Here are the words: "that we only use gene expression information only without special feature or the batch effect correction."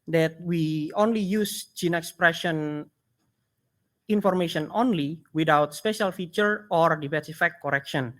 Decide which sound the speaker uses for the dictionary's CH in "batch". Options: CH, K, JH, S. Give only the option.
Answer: S